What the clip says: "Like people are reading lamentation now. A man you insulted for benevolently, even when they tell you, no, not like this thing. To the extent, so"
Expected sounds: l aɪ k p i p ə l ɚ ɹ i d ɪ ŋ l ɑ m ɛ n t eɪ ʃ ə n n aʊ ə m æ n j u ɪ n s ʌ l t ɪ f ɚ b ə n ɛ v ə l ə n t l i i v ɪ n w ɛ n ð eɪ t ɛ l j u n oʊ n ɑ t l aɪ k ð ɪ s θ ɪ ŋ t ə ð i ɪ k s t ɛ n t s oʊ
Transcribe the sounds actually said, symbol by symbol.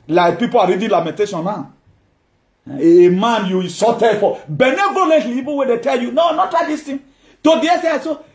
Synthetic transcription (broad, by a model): l aɪ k p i p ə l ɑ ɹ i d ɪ l ɑ m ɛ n t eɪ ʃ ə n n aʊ ə m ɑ n j u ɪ s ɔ t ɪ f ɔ b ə n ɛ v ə l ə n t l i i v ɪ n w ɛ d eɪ t ɛ l j u n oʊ n ɑ t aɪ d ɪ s t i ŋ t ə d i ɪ s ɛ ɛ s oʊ